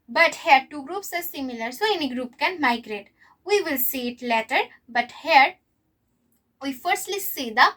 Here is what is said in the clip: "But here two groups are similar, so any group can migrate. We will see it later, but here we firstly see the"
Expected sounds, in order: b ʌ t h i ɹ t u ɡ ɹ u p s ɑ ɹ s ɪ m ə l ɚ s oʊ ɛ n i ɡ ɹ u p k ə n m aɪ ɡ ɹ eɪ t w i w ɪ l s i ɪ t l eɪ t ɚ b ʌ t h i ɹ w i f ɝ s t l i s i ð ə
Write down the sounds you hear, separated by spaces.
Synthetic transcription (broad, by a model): b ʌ t h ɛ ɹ t u ɡ ɹ u p s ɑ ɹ s ɪ m ə l ɚ s oʊ ɛ n i ɡ ɹ u p k ə n m aɪ ɡ ɹ eɪ t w i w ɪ l s i ɪ t l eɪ t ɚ b ʌ t h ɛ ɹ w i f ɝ s t l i s i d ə